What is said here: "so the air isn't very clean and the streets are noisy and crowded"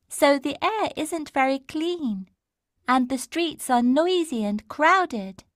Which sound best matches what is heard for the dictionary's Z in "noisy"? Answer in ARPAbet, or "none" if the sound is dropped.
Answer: Z